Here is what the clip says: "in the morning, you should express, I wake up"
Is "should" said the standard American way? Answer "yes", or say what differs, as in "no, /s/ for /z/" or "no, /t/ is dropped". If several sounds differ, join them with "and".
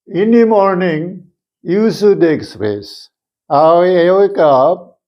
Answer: no, /s/ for /ʃ/